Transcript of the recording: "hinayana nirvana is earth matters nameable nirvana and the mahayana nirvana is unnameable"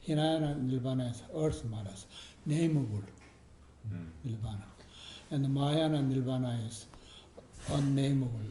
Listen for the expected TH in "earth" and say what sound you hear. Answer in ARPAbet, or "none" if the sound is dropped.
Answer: S